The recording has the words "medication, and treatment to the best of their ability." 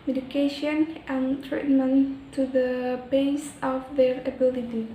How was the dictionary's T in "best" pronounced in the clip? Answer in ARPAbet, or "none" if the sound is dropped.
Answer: none